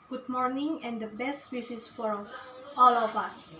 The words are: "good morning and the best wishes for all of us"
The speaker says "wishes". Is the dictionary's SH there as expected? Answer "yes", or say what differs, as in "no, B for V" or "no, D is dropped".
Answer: no, S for SH